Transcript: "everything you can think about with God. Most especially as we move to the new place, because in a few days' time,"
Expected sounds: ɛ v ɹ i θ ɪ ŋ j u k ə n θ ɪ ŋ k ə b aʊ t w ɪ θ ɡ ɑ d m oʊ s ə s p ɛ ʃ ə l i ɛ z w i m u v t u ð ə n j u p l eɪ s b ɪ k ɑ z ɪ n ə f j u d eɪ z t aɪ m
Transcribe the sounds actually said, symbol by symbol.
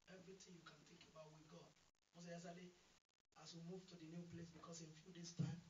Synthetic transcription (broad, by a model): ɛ v ɹ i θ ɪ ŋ j u k ə n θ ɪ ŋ k ə b aʊ t w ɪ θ ɡ ɑ d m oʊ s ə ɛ s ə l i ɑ s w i m u v t u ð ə n j u p l eɪ s b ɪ k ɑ s ɪ n f j u d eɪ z t aɪ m